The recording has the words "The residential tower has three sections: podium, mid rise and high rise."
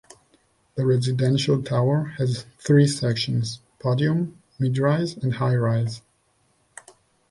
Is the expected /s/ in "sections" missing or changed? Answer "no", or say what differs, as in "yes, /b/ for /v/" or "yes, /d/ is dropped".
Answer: no